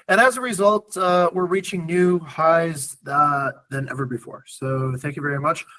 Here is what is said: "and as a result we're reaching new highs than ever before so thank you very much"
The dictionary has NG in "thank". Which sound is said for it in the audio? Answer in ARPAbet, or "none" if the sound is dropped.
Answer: NG